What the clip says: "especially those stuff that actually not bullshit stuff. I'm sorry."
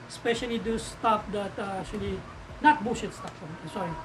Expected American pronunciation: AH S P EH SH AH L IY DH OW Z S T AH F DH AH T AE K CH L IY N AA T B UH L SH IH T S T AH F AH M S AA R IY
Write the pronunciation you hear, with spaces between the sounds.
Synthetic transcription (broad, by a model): S P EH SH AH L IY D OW S T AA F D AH T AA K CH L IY N AA T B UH SH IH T S T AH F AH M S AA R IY